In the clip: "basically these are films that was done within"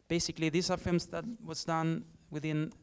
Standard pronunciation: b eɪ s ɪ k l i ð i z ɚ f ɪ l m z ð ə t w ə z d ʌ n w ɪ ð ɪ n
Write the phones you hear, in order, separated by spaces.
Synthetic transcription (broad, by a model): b eɪ s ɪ k l i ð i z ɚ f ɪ m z ð ə t w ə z d ʌ n w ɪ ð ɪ n